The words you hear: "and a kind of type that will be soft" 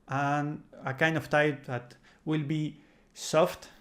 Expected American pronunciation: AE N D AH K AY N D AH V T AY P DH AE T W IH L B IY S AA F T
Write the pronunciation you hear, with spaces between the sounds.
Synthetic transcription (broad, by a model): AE N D AH K AY N D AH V T AY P DH AE T W IH L B IY S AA F T